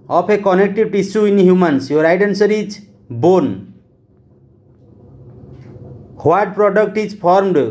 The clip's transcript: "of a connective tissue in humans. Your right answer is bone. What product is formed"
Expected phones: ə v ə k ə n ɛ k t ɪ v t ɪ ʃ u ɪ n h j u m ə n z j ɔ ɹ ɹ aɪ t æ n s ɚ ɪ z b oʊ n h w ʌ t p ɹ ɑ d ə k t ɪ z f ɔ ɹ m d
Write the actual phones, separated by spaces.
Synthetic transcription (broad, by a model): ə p ə k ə n ɛ k t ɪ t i s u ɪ n h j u m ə n s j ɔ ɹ ɹ aɪ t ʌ n s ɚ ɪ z b oʊ n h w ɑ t p ɹ ɑ d ə k t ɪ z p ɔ ɹ m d